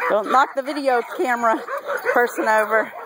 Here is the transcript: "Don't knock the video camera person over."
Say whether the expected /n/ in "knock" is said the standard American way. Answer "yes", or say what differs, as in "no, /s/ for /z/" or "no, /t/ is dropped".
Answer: no, /l/ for /n/